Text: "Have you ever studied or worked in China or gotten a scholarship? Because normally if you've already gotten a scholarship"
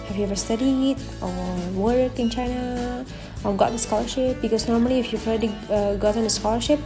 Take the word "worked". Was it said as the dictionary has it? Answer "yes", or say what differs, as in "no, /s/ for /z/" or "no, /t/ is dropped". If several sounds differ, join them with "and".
no, /t/ is dropped